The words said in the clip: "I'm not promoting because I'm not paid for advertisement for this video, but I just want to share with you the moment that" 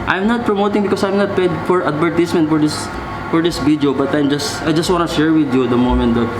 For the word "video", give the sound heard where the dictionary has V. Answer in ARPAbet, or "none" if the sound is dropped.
F